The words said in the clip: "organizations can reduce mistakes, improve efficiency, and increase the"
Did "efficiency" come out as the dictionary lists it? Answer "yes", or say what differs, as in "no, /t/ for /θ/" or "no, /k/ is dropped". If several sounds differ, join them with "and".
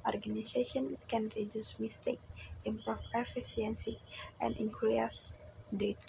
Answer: no, /s/ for /ʃ/